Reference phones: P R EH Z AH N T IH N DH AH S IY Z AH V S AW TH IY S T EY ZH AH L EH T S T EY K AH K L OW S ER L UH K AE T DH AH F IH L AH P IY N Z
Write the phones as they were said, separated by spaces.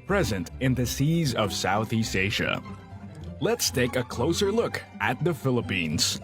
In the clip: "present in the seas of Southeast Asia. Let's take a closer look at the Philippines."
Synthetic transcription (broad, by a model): P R EH Z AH N T IH N DH AH S IY Z AH V S AW TH IY S T EY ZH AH L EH T S T EY K AH K L OW S ER L UH K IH T DH AH F IH L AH P IY N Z